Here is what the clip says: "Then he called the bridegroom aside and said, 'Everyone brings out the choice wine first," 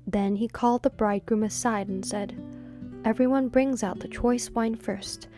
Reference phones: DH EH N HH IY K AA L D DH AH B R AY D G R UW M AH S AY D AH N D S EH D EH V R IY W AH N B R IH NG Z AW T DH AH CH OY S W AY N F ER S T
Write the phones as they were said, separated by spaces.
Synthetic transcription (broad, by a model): DH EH N IY K AA L D DH AH B R AY D G R UW M AH S AY D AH N S EH D EH V R IY W AH N B R IH NG Z AW T DH AH CH OY S W AY N F ER S T